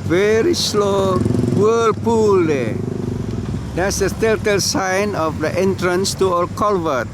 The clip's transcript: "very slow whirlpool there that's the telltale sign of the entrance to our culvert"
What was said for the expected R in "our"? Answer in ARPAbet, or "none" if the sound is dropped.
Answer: L